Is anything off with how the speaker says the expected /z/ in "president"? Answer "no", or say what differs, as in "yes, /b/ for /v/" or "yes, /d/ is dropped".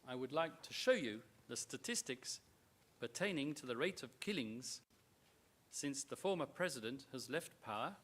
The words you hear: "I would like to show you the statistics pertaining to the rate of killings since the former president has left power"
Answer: no